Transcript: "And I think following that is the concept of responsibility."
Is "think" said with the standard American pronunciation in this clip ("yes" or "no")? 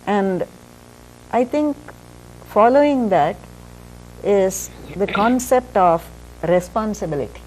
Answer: no